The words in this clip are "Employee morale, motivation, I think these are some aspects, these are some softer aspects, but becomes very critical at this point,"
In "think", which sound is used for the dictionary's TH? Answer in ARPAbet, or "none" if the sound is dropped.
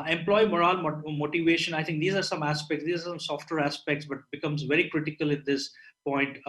T